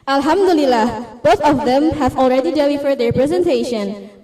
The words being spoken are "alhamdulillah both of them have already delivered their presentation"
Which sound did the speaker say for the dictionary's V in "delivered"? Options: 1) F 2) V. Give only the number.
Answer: 1